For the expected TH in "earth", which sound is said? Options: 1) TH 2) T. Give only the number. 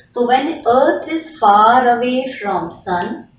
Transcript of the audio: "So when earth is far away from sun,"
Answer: 2